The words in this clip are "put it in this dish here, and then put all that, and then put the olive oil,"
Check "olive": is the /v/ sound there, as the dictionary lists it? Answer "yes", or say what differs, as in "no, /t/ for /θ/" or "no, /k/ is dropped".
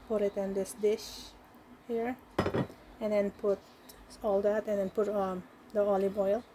no, /b/ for /v/